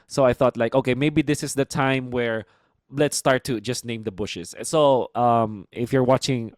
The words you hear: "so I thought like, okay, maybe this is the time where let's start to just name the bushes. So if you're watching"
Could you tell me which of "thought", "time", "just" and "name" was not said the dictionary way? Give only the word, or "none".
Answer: none